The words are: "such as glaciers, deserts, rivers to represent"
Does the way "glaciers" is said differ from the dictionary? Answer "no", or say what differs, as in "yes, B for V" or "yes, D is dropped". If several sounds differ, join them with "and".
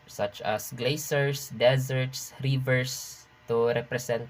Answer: yes, S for SH and S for Z